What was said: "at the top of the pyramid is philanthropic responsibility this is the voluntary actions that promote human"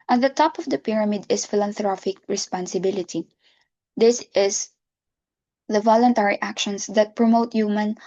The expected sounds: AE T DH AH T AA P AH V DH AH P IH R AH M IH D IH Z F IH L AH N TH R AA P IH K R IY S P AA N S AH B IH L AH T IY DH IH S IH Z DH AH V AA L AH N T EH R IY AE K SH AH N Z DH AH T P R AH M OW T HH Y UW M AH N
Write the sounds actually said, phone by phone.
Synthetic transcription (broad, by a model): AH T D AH T AA P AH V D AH P IH R AH M IH D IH S F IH L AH N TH R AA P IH K R IY S P AA N S AH B IH L AH T IY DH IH S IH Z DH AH V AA L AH N T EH R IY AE K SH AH N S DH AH T P R AH M OW T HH Y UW M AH N